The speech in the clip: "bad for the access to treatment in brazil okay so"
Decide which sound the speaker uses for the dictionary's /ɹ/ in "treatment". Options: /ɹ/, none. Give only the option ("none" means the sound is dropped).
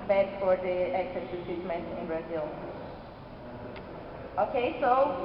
none